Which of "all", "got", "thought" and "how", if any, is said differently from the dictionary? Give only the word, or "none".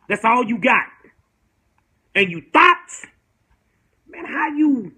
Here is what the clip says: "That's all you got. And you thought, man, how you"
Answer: thought